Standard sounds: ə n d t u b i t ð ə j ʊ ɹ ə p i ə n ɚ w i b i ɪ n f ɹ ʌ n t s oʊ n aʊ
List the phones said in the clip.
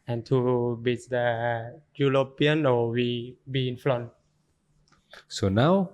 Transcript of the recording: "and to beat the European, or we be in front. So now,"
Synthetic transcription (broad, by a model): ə n t u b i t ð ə j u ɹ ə p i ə n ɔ w i b i ɪ n f l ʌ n s oʊ n aʊ